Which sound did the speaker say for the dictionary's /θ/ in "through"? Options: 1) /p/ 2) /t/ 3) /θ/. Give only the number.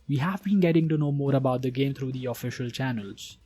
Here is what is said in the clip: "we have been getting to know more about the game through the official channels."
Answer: 2